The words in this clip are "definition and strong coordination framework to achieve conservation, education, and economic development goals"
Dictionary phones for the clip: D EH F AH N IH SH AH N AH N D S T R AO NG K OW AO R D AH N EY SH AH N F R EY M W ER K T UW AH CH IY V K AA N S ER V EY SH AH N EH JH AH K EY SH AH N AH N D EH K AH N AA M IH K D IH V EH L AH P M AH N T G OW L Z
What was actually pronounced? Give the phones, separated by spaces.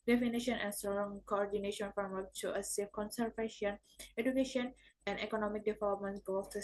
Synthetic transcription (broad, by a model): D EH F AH N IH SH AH N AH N S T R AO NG K OW AO R D AH N EY SH AH N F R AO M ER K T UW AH S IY F K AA N S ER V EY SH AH N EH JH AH K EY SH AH N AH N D EH K AH N AA M IH K D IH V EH L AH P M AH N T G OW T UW